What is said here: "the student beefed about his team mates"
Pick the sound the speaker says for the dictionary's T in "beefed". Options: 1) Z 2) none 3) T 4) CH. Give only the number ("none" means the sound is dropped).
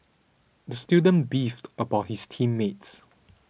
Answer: 3